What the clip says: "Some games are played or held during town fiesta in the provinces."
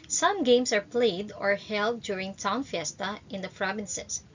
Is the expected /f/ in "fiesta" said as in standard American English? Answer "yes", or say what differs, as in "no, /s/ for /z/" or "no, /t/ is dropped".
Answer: yes